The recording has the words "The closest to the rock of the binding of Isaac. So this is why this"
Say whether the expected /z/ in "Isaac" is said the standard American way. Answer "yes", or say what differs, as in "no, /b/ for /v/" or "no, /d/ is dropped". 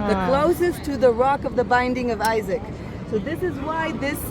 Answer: yes